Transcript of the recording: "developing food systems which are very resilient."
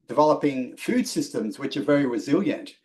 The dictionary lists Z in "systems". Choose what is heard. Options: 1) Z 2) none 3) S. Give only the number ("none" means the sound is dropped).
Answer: 1